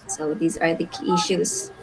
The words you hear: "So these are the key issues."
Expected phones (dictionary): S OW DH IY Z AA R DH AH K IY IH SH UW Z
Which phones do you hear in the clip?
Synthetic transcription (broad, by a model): S OW DH IY Z AA R DH AH K IY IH SH UW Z